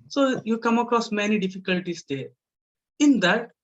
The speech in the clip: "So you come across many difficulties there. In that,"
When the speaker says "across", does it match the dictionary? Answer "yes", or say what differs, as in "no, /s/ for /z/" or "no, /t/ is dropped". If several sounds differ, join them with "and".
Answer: yes